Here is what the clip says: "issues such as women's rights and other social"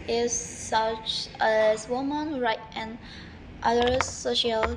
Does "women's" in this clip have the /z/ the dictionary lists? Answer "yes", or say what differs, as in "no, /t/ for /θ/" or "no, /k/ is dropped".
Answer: no, /z/ is dropped